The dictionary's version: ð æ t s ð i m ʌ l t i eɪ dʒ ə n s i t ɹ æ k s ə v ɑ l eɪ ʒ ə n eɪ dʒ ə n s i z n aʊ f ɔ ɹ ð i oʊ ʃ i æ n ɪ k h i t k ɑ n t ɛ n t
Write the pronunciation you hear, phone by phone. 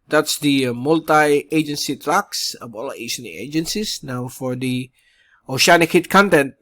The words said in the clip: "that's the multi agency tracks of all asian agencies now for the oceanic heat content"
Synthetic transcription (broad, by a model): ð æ t s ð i m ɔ l t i eɪ dʒ ə n s i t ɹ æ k s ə b ɑ l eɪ ʃ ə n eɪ dʒ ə n s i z n aʊ f ɔ ɹ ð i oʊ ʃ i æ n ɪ k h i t k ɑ n t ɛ n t